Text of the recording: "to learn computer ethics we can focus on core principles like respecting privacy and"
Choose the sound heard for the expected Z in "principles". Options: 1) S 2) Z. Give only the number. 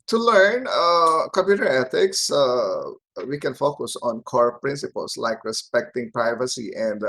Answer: 1